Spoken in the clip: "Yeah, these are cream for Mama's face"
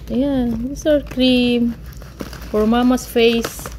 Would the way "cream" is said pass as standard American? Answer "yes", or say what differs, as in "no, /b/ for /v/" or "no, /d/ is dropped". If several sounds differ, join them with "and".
yes